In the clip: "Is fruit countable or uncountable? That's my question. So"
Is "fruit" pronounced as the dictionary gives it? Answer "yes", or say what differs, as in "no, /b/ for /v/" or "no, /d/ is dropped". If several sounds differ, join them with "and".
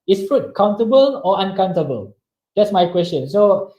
yes